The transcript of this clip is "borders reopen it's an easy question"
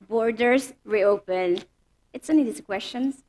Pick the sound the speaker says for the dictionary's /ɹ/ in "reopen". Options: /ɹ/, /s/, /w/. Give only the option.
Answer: /ɹ/